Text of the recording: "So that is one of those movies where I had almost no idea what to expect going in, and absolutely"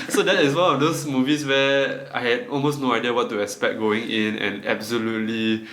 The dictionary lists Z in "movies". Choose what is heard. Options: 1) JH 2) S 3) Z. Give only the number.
2